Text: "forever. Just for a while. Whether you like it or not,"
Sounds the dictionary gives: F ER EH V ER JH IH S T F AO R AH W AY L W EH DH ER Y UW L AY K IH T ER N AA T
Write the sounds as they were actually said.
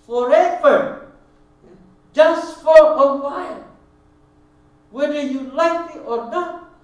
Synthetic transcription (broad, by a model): F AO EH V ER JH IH S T F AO L AH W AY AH W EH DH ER Y UW L AY K IH T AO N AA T